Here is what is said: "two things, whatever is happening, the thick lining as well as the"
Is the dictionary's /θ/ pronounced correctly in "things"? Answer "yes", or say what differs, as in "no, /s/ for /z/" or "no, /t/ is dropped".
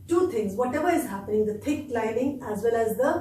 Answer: no, /t/ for /θ/